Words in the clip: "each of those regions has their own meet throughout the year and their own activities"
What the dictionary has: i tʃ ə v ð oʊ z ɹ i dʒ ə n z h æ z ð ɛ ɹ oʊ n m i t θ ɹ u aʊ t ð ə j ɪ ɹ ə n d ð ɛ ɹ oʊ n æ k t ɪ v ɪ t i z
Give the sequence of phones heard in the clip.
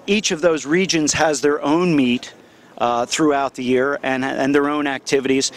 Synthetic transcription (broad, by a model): i tʃ ə v ð oʊ z ɹ i dʒ ə n z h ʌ z ð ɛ ɹ oʊ n m i t θ ɹ u aʊ t ð ə j ɪ ɹ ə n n ð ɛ ɹ oʊ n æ k t ɪ v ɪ t i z